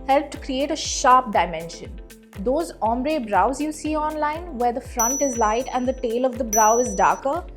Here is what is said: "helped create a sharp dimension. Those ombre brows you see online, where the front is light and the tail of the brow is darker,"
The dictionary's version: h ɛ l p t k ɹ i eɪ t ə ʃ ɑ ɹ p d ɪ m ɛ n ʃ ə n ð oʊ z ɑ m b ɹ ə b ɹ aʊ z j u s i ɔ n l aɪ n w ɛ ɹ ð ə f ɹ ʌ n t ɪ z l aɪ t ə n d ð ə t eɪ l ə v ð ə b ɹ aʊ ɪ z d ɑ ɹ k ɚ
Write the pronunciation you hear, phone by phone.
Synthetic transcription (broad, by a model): h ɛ l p t k ɹ i eɪ t ə ʃ ɑ ɹ p d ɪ m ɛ n ʃ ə n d oʊ z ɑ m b ɹ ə b ɹ aʊ z j u s i ɔ n l aɪ n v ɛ ɹ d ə f ɹ ʌ n t ɪ z l aɪ t ə n d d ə t eɪ l ə v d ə b ɹ aʊ ɪ z d ɑ ɹ k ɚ